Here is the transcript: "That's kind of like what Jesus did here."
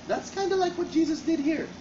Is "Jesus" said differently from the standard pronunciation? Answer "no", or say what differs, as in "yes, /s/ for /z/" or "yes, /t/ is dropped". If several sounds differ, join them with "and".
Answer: no